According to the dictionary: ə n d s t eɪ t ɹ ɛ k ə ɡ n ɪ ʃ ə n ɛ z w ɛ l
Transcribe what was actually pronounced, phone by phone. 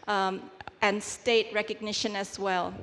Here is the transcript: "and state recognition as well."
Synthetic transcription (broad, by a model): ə n s t eɪ t ɹ ɛ k ə ɡ n ɪ ʃ ə n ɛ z w ɛ l